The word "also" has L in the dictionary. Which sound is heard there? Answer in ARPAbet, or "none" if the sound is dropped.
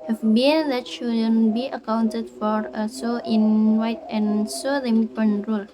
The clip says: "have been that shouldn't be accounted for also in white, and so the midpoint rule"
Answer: none